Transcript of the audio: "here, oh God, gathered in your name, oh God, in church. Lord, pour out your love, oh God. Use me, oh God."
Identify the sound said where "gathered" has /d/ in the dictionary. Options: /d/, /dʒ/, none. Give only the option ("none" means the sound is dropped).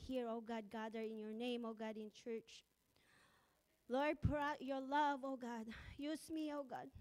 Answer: none